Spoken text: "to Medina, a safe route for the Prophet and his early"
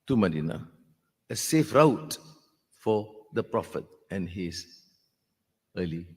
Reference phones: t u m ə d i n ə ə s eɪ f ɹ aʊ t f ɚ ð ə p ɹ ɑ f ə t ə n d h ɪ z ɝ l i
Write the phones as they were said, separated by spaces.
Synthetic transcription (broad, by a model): t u m ə d i n ə ə s eɪ f ɹ aʊ t f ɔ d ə p ɹ ɑ f ə t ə n h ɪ s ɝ l i